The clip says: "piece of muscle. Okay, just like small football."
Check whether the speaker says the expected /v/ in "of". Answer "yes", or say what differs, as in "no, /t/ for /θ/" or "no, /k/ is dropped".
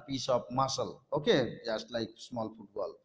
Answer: no, /p/ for /v/